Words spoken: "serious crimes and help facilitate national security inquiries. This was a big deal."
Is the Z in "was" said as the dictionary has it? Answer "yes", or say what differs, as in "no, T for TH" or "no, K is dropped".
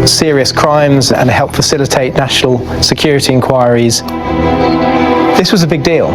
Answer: yes